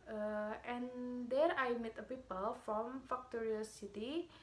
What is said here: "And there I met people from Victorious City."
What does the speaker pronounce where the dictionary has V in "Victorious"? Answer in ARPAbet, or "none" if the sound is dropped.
F